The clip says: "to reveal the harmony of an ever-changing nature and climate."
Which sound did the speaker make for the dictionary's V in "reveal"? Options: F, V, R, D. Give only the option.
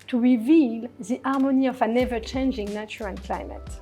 V